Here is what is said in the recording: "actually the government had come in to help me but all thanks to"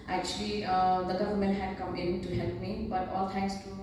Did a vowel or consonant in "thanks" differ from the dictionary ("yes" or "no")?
yes